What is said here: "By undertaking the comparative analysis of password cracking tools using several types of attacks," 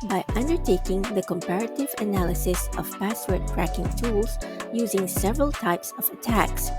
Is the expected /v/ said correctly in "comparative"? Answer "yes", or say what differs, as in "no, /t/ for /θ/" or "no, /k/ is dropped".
yes